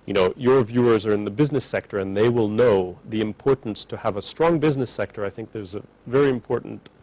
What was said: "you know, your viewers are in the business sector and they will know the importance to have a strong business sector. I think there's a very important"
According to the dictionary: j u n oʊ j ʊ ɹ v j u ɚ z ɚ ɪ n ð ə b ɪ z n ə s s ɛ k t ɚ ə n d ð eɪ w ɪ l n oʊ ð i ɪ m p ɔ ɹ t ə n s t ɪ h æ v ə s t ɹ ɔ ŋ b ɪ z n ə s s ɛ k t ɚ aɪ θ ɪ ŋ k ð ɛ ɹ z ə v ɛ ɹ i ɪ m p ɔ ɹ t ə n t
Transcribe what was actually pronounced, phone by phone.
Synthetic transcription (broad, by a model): j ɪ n oʊ j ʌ ɹ v j u ɚ z ɚ ɪ n ð ə b ɪ z n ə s s ɛ k t ɚ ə n ð eɪ w ɪ l n oʊ ð i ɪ m p ɔ ɹ t n s t ɪ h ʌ v ə s t ɹ ɔ ŋ b ɪ z n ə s s ɛ k t ɚ aɪ θ ɪ ŋ k ð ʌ ɹ z ə v ɛ ɹ i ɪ m p ɔ ɹ t n t